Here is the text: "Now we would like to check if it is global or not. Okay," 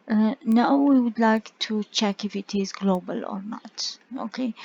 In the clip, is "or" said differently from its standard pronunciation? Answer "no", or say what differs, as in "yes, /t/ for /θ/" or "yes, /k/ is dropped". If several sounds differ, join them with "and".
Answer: no